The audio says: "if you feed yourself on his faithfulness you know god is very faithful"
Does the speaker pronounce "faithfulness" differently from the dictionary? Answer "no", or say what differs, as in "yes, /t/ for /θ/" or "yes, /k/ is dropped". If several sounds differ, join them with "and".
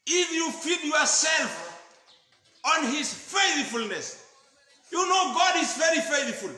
no